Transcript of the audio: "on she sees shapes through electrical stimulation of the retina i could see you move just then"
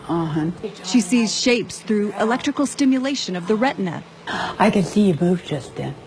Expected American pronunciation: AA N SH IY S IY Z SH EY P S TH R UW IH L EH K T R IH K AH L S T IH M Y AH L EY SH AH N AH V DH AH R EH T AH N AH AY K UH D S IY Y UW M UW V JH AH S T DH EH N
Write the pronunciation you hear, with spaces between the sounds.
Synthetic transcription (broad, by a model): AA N SH IY S IY Z SH EY P S TH R UW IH L EH K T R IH K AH L S T IH M Y AH L EY SH AH N AH V DH AH R EH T N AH AY K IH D S IY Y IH M UW V JH AH S T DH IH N